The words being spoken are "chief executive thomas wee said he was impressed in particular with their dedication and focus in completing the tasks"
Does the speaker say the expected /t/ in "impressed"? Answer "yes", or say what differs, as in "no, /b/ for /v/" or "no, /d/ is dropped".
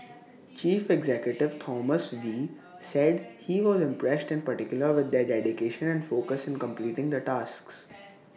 yes